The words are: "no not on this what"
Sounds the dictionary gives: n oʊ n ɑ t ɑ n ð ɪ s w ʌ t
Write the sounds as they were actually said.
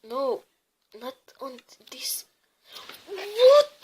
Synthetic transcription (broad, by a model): n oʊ n ɑ t ɑ n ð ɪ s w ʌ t